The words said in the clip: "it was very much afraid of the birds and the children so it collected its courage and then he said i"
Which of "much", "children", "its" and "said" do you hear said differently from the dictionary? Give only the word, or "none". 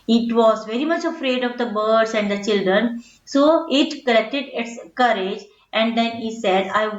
none